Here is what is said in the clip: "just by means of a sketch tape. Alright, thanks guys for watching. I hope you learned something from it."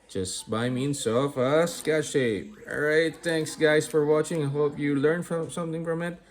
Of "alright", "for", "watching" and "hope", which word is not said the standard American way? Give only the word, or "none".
alright